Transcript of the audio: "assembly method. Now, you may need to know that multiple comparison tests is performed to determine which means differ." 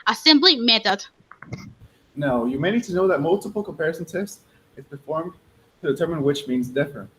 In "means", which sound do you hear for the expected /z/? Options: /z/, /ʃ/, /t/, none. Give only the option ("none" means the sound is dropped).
/z/